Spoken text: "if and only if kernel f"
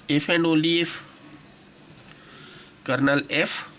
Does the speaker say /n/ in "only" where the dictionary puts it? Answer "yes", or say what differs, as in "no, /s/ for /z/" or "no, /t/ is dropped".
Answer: no, /n/ is dropped